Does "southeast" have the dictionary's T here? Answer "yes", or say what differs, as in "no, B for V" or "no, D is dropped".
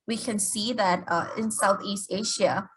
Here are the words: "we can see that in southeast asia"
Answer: yes